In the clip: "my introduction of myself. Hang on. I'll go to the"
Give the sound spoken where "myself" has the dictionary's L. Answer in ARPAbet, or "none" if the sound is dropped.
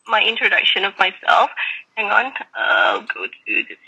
L